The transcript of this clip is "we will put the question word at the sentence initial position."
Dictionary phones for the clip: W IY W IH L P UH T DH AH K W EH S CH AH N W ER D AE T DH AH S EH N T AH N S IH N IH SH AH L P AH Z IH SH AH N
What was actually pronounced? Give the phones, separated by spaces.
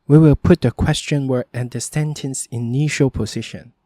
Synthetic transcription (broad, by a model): W IY W IH L P UH T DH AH K W EH S CH AH N W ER AE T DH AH S EH N T AH N S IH N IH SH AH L P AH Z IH SH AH N